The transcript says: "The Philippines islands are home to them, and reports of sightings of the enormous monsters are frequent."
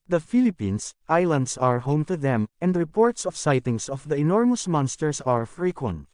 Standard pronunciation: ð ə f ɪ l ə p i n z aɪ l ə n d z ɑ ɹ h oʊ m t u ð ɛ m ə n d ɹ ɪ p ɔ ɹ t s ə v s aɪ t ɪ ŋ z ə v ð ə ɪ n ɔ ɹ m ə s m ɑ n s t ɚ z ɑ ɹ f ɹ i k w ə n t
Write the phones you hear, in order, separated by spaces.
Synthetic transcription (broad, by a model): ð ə f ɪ l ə p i n s aɪ l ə n d s ɑ ɹ h oʊ m t u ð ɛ m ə n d ɹ ɪ p ɔ ɹ t s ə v s aɪ t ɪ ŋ s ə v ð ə ɪ n ɔ ɹ m ə s m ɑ n s t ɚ s ɑ ɹ f ɹ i k w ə n t